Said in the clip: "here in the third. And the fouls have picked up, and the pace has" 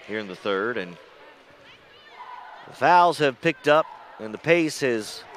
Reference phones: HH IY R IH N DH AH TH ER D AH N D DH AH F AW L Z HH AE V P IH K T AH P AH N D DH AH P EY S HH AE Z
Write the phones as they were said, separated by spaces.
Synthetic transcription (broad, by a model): HH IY R IH N DH AH TH ER D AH N DH AH F AW L Z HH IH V P IH K T AH P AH N DH AH P EY S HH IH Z